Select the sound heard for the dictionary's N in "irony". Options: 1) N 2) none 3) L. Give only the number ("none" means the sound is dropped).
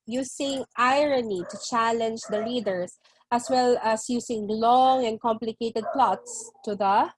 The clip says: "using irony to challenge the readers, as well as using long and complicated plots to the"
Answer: 1